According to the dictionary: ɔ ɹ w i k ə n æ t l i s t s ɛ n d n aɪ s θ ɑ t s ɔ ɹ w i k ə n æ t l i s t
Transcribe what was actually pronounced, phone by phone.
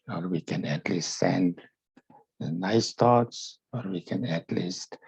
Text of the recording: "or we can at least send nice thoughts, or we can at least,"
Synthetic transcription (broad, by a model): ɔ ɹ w i k ə n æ t l i s t s ɛ n d n aɪ s t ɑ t s ɔ ɹ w i k ə n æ t l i s t